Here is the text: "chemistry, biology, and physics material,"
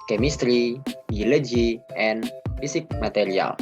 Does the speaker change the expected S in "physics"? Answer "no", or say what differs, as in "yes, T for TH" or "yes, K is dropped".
yes, S is dropped